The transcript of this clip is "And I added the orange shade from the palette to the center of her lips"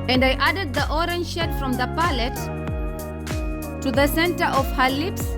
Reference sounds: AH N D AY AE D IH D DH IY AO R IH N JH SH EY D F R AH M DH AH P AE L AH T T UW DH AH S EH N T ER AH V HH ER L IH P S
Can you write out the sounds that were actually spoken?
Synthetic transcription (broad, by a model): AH N D AY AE D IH D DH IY AO R IH N JH SH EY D F R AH M DH AH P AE L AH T T UW DH AH S EH N T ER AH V HH ER L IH P S